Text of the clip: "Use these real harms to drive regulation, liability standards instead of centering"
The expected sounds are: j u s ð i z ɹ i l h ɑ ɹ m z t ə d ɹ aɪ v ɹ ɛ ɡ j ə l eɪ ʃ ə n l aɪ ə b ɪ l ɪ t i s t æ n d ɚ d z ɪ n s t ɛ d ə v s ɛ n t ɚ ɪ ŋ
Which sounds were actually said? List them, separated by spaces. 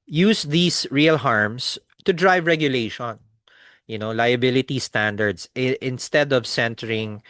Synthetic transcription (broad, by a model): j u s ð i s ɹ i l h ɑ ɹ m s t ə d ɹ aɪ v ɹ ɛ ɡ j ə l eɪ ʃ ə n l aɪ ə b ɪ l ɪ t i s t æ n d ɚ d s ɪ n s t ɛ d ə v s ɛ n t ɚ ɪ ŋ